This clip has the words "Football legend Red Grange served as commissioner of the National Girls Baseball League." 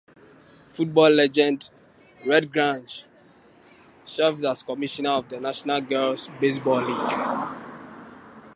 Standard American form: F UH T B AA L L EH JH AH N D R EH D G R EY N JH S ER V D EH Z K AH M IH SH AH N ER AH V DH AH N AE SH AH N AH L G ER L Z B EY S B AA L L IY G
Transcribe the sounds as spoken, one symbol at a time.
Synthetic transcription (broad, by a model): F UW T B AA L L EH JH AH N D R EH D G R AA N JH SH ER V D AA S K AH M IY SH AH N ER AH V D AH N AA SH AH N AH L G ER L S B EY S B AA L L IY G